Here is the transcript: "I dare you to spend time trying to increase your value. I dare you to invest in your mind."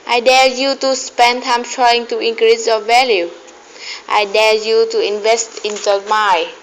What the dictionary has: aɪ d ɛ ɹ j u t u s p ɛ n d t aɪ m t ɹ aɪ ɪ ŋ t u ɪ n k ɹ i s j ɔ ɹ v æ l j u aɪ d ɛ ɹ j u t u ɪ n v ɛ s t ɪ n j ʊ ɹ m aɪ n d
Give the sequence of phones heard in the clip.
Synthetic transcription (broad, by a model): aɪ d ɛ l j u t u s p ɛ n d t aɪ m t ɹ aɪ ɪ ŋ t u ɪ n k ɹ i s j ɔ v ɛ l j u aɪ d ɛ l j u t u ɪ n v ɛ s t ɪ n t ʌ m aɪ